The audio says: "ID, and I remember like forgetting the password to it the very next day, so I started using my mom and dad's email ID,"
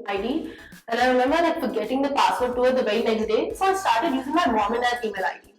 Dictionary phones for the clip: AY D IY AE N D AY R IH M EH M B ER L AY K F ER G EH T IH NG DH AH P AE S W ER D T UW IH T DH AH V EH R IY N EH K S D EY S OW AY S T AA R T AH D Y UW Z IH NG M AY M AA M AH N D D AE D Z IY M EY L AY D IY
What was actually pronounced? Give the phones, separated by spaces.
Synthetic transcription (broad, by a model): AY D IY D AY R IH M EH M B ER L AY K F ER G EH T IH NG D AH P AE S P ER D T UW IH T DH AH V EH IY N EH K S D EY S OW AY S T AA R T AH D Y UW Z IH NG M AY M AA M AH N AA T IY M EY L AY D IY